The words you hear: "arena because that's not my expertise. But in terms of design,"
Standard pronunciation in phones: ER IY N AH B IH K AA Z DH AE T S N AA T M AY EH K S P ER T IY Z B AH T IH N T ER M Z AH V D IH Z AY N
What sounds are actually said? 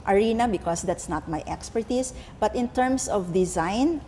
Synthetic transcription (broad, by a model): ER IY N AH B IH K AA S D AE T S N AA T M AY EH K S P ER T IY S B AH T IH N T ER M S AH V D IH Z AY N